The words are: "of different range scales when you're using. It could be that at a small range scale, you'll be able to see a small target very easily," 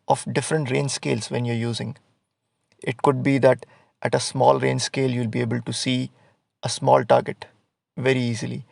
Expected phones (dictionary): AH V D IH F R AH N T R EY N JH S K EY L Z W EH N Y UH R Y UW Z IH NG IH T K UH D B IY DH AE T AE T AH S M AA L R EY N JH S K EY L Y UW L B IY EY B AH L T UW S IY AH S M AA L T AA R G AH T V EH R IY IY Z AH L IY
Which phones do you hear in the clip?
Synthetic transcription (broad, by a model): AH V D IH F R AH N T R EY N S K EY L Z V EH N Y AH R Y UW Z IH NG IH T K UH D B IY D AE T AE T AH S M AA L R EY N S K EY L Y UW L B IY EY B AH L T UW S IY AH S M AA L T AA R G AH T V EH R IY IY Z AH L IY